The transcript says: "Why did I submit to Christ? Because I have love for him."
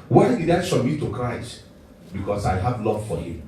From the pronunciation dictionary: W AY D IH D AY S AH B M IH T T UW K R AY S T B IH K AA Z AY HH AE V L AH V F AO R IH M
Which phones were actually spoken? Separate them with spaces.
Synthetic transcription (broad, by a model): W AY D IH D AY SH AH M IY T T UW K R AY S T B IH K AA S AY HH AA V L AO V F AO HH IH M